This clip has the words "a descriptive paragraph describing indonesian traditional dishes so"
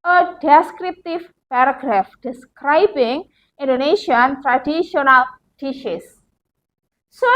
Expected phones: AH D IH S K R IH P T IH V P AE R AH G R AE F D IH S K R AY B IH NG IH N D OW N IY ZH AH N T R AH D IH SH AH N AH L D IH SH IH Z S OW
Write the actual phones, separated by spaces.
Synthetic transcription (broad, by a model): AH D IH S K R IH P T IH V P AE R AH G R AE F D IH S K R AY B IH NG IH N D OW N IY SH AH N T R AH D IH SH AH N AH L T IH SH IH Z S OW